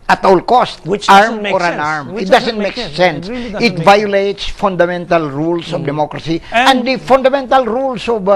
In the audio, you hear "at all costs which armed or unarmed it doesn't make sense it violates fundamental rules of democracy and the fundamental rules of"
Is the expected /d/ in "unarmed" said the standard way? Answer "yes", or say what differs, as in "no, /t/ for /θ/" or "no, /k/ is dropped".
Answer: no, /d/ is dropped